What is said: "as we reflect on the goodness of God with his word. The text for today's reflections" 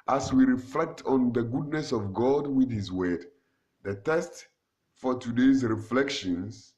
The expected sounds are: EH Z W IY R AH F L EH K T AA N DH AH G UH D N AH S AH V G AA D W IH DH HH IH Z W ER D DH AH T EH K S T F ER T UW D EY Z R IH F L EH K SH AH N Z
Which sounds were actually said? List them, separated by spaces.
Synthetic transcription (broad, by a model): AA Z W IY R AH F L EH K T AA N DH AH G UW D N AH S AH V G AA D W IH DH HH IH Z W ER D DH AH T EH S T F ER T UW D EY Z R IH F L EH K SH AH N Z